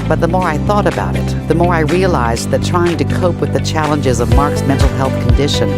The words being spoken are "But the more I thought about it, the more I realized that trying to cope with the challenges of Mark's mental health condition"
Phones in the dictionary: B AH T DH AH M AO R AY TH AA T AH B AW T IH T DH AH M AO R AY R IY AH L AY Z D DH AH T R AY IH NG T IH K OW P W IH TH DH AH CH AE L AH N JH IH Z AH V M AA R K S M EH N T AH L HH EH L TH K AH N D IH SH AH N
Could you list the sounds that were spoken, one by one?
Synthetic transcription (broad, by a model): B AH T DH AH M AO R AY TH AA T AH B AW T IH T DH AH M AO R AY R IY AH L AY Z DH AH T R AY IH NG T IH K OW P W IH DH AH CH AE L AH N JH IH Z AH V M AA R K S M EH N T L HH EH L TH K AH N D IH SH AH N